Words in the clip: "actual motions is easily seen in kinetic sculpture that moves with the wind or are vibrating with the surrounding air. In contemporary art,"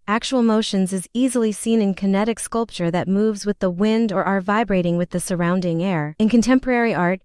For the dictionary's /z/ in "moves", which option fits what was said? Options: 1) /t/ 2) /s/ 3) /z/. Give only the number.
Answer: 3